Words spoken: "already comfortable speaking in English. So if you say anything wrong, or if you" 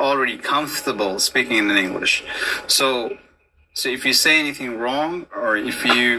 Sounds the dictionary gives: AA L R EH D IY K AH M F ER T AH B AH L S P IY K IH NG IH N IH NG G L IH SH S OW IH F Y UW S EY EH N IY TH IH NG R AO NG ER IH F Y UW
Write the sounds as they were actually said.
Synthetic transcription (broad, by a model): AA L R EH D IY K AH M F T AH B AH L S P IY K IH NG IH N IH NG G L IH SH S OW IH F Y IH S EY EH N IY TH IH NG R AO NG ER IH F Y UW